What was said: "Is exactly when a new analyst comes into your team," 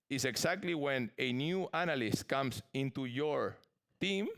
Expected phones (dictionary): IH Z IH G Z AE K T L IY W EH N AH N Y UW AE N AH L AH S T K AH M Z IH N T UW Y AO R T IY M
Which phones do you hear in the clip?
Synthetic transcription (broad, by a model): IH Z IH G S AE K T L IY W EH N AH N Y UW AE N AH L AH S T K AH M S IH N T UW Y AO R T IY M